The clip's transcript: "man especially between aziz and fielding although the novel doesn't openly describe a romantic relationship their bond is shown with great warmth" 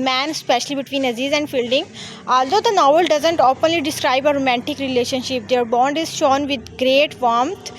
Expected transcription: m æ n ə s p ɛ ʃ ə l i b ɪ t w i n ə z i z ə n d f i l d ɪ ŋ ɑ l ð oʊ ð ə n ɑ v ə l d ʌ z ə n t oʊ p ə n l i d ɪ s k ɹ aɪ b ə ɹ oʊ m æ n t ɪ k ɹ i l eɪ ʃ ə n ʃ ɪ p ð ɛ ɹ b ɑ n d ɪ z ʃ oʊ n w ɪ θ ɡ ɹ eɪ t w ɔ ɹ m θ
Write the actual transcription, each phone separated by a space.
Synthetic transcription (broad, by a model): m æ n s p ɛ ʃ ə l i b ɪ t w i n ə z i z ə n d f i l d ɪ ŋ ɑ l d oʊ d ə n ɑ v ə l d ʌ z ə n t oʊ p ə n l i d ɪ s k ɹ aɪ b ə ɹ oʊ m æ n t ɪ k ɹ i l eɪ ʃ ə n ʃ ɪ p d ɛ ɹ b ɑ n d ɪ z ʃ oʊ n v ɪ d ɡ ɹ eɪ t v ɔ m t